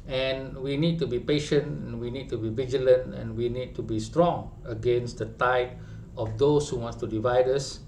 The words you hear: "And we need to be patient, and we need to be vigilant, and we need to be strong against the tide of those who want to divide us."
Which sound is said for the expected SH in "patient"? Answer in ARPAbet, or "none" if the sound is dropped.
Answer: SH